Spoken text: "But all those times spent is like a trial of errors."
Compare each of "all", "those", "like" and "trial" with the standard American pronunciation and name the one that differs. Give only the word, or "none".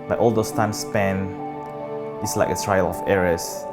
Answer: those